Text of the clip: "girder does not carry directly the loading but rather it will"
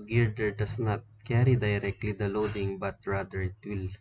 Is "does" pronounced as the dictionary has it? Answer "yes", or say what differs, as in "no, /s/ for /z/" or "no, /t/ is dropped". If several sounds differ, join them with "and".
no, /s/ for /z/